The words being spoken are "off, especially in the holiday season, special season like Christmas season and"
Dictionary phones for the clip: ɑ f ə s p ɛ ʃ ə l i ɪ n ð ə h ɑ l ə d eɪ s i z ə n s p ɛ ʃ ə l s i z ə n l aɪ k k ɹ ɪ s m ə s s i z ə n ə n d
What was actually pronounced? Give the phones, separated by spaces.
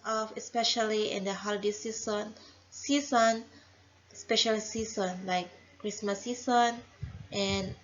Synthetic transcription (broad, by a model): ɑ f ə s p ɛ ʃ ə l i ɪ n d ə h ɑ l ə d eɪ s i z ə n s p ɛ ʃ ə l s i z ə n l aɪ k k ɹ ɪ s m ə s s i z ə n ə n